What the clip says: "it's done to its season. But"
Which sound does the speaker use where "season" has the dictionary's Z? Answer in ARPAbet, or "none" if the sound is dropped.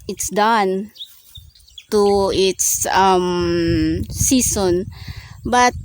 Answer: S